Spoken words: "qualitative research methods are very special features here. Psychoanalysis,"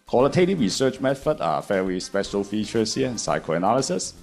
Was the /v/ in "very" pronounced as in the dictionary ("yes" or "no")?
no